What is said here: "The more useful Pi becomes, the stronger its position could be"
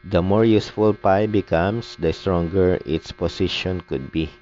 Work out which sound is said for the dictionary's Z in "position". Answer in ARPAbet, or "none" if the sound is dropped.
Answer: S